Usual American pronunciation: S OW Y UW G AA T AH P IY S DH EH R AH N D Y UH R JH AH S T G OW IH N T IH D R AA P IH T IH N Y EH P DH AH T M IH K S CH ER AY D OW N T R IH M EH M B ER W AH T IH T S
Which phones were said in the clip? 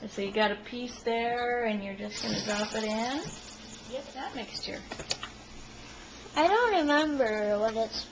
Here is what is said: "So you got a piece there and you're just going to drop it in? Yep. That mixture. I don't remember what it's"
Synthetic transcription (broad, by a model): S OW Y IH G AA T AH P IY S DH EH R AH N Y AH R JH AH S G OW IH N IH D R AA P IH T IH N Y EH DH AH T M IH K S CH ER AY D OW N T R IH M EH M B ER W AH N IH T S